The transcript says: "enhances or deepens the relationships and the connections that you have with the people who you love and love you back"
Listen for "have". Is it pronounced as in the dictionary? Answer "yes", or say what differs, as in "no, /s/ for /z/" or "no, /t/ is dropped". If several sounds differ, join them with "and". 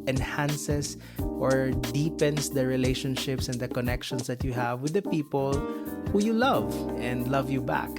yes